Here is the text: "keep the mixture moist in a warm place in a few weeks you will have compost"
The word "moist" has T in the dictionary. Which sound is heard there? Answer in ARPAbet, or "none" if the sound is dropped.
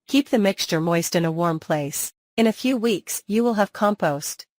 T